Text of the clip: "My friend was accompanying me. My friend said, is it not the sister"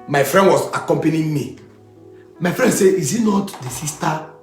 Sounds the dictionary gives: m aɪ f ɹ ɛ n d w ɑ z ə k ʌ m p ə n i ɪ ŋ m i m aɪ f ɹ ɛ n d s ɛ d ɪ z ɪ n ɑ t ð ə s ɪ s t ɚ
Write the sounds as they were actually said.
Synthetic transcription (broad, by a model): m aɪ f ɹ ɛ n d w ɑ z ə k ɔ m p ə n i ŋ m i m aɪ f ɹ ɛ n d s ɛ ɪ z ɪ n ɑ t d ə s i s t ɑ